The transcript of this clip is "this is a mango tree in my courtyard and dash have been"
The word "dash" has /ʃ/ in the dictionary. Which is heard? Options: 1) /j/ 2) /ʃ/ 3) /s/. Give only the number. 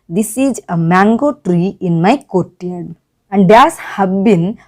3